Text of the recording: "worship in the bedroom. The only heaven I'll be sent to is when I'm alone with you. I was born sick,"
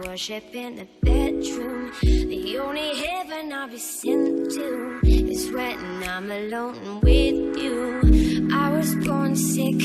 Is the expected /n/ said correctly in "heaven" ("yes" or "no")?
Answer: yes